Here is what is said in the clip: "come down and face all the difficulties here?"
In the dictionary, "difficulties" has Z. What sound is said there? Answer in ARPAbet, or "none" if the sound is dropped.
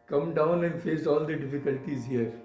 Z